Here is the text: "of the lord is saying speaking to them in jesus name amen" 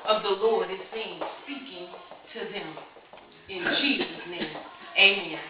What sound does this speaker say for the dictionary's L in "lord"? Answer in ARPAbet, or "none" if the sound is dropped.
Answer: L